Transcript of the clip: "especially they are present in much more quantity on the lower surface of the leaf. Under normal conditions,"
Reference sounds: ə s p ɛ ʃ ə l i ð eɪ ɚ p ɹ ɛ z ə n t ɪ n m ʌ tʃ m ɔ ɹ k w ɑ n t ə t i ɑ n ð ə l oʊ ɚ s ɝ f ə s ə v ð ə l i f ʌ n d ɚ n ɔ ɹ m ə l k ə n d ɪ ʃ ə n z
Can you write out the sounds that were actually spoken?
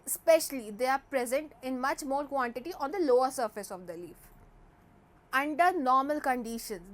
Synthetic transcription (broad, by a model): s p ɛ ʃ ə l i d eɪ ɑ p ɹ ɛ z ə n t ɪ n m ʌ tʃ m ɔ ɹ k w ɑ n t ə t i ɑ n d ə l oʊ ɚ s ɝ f ə s ə v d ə l i f ʌ n d ɚ n ɔ ɹ m ə l k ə n d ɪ ʃ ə n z